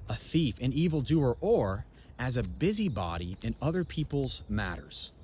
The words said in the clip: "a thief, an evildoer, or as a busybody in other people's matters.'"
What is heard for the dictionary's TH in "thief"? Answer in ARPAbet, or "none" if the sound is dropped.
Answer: TH